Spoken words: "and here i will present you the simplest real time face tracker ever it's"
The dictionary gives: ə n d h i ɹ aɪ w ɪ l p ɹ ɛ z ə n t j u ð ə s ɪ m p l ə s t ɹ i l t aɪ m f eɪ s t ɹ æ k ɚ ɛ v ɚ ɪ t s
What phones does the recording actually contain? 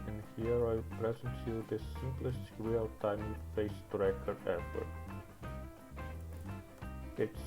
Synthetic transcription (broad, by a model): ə n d h i ɹ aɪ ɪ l p ɹ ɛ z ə n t j u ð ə s ɪ m p l ə s t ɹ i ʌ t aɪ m f eɪ s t ɹ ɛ k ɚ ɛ f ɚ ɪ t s